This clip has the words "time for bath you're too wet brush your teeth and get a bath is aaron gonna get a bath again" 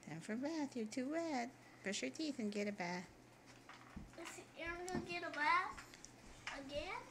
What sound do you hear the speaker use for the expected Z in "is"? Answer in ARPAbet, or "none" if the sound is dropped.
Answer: S